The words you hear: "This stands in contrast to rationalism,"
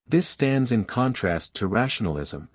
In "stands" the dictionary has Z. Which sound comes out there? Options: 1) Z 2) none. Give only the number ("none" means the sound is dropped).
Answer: 1